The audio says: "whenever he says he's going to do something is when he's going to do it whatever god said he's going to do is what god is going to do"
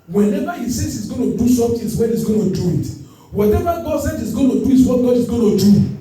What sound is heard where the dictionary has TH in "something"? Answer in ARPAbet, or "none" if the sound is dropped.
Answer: T